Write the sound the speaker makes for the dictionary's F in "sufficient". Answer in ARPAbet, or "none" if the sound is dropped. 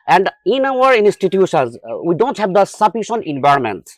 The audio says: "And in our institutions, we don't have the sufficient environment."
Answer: P